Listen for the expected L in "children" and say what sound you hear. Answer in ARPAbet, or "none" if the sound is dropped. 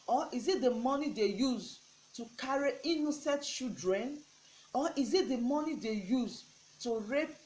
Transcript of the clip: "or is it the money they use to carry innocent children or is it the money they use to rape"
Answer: none